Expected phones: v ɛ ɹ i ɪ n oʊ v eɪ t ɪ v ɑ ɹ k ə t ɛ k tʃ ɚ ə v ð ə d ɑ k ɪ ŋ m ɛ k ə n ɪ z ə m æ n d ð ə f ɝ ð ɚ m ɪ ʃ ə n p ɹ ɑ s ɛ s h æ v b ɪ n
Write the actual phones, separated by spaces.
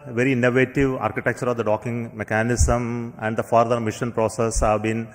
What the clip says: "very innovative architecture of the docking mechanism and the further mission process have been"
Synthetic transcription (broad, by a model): v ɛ ɹ i ɪ n oʊ v eɪ t ɪ v ɑ ɹ k ə t ɛ k tʃ ɚ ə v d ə d ɑ k ɪ ŋ m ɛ k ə n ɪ s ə m æ n d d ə f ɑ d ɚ m ɪ ʃ ə n p ɹ ɑ s ɛ s h æ v b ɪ n